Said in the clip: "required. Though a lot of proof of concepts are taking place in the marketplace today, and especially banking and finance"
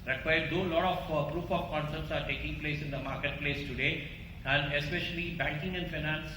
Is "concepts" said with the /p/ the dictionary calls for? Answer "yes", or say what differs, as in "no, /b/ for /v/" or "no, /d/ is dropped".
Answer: no, /p/ is dropped